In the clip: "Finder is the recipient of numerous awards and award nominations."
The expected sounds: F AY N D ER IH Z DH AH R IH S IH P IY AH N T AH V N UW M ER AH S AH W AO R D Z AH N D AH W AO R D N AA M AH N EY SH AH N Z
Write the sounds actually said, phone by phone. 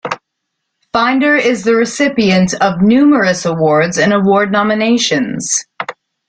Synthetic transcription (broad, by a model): F AY N D ER IH Z DH AH R IH S IH P IY AH N T AH V N UW M ER AH S AH W AO R D Z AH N AH W AO R D N AA M AH N EY SH AH N Z